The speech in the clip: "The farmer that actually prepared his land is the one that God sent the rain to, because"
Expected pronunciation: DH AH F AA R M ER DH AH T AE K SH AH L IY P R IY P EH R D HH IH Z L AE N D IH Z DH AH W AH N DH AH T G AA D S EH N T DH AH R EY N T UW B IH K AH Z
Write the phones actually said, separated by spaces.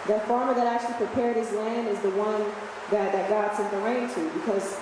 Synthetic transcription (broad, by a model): DH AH F AA R M ER DH AH T AE K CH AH L IY P R IY P EH R D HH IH Z L AE N D IH Z DH AH W AH N DH AH T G AA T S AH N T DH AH R EY N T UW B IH K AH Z